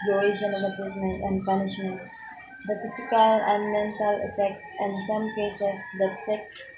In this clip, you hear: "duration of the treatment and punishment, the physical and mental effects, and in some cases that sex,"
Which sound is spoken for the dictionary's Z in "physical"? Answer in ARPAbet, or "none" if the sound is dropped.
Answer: S